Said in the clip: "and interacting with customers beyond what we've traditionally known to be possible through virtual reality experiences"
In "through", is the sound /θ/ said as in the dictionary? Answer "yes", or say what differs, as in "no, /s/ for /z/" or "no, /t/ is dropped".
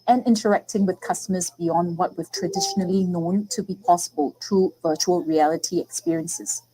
no, /t/ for /θ/